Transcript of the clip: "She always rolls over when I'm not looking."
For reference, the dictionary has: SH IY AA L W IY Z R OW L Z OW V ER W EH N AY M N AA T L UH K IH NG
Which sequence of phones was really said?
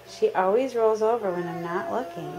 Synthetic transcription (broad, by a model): SH IY AA L W IY Z R OW L Z OW V ER W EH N AY M N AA T L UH K IH NG